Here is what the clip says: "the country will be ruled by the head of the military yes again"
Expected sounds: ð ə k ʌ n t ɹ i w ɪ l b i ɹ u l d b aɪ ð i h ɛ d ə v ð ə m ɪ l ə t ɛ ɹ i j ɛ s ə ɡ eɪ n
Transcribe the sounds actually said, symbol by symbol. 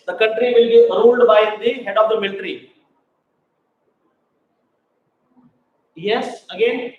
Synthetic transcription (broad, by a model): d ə k ʌ n t ɹ i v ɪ l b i ɹ u l d b aɪ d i h ɛ d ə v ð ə m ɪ l t ɹ i j ɛ s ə ɡ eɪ n